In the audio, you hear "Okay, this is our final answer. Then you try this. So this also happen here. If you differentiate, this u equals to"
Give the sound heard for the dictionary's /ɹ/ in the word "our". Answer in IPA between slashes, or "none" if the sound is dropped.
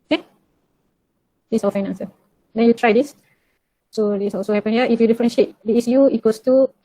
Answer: /l/